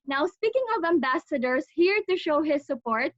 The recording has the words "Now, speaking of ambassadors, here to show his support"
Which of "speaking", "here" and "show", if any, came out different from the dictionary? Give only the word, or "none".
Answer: none